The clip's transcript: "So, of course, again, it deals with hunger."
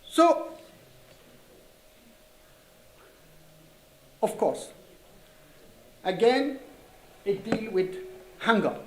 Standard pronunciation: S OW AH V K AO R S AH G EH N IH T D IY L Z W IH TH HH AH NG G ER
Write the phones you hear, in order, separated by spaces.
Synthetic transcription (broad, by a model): S OW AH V K AO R S AH G EH N IH T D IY L W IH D HH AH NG G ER